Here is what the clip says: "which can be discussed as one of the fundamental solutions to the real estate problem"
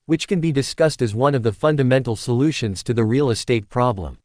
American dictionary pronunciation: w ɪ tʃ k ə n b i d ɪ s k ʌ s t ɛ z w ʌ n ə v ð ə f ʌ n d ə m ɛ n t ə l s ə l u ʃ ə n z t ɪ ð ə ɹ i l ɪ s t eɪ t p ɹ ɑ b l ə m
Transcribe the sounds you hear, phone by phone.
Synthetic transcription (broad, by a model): w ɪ tʃ k ə n b i d ɪ s k ʌ s t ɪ z w ʌ n ə v ð ə f ʌ n d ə m ɛ n t l s ə l u ʃ ə n z t ɪ ð ə ɹ i l ɪ s t eɪ t p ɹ ɑ b l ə m